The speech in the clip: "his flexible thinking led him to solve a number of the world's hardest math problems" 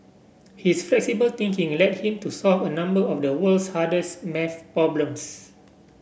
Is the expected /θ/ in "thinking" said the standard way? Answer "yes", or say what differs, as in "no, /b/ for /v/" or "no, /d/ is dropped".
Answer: no, /t/ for /θ/